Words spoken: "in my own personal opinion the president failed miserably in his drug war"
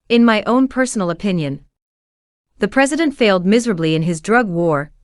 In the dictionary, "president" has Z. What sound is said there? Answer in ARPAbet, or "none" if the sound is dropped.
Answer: Z